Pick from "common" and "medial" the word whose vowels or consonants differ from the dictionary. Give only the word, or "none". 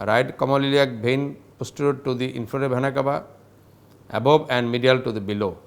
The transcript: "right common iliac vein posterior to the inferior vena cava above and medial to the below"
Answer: common